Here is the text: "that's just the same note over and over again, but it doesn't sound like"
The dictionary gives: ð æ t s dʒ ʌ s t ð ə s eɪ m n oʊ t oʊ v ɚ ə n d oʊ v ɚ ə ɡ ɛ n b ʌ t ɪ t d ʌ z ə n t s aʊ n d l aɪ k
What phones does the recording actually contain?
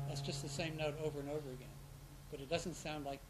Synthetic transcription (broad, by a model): ð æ t s dʒ ʌ s t ð ə s eɪ m n oʊ t oʊ v ɚ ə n oʊ v ɚ ə ɡ ɛ n b ʌ t ɪ t d ʌ z ə n t s aʊ n d l aɪ k